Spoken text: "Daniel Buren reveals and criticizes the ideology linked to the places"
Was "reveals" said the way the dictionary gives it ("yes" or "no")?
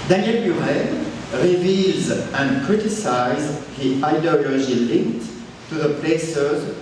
yes